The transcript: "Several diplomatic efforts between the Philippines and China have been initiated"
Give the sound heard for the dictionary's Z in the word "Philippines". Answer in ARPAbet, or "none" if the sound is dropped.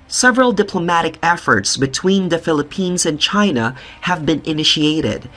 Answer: Z